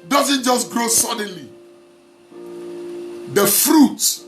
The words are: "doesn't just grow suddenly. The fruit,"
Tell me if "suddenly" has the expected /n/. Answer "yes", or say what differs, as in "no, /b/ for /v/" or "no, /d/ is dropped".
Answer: yes